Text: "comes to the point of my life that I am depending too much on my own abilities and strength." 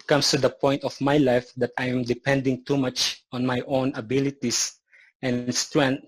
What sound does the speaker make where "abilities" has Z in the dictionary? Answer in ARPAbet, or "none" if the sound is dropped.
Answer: S